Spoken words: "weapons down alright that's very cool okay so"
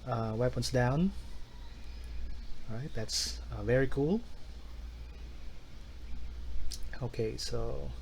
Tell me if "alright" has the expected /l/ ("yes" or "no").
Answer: no